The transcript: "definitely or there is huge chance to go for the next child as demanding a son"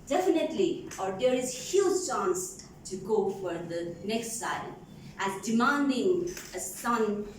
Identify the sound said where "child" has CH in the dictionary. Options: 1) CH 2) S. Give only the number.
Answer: 2